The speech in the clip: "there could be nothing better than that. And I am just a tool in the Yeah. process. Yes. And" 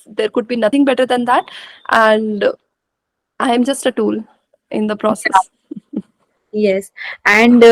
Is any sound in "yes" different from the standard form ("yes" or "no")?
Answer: no